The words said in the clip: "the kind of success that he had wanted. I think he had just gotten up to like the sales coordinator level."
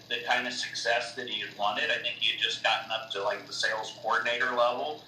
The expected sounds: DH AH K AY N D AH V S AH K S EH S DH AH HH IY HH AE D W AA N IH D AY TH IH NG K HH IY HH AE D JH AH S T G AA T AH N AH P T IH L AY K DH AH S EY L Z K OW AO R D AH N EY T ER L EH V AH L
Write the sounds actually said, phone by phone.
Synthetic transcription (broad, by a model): DH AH K AY N D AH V S AH K S EH S DH AH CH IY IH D W AA N IH D AY TH IH NG K HH IY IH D JH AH S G AA T N AH P T IH L AY K DH AH S EY L Z K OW AO R D N EY T ER L EH V L